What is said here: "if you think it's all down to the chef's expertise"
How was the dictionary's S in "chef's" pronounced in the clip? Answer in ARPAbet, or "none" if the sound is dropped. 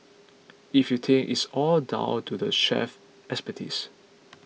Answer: none